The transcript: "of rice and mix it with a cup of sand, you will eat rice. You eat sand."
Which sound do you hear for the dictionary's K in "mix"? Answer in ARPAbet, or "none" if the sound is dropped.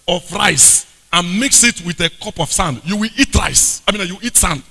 K